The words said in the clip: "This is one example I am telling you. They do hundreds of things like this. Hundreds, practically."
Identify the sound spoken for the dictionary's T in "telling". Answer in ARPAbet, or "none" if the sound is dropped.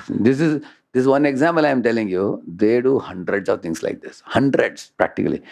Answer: T